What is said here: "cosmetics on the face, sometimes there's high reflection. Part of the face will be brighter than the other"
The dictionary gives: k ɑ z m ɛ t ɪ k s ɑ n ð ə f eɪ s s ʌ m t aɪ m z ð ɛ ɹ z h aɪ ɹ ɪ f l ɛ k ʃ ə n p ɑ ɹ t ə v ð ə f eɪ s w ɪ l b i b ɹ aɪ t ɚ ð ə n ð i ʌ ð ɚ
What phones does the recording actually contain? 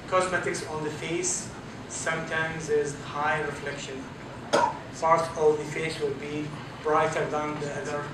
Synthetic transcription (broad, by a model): k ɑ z m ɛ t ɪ k s ɑ n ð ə f eɪ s s ʌ m t aɪ m z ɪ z h aɪ ɹ ɪ f l ɛ k ʃ ə n p ɑ ɹ t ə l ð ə f eɪ s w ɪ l b i b ɹ aɪ t ɚ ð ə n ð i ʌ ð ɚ